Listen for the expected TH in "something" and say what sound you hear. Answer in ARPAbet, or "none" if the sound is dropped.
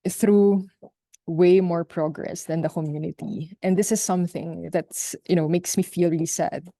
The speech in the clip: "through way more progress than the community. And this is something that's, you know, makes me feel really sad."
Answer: TH